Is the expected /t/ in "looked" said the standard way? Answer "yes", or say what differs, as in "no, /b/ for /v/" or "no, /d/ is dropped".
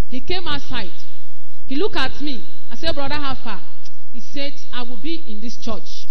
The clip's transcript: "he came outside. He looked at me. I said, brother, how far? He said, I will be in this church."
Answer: no, /t/ is dropped